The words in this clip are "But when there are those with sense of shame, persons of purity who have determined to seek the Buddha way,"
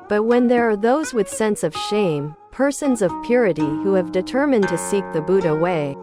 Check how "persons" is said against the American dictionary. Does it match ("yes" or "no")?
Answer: yes